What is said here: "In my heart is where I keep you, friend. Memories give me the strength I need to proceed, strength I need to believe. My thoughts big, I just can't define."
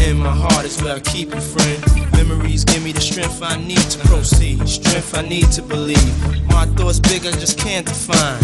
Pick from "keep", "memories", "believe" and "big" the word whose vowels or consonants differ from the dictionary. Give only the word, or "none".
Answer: none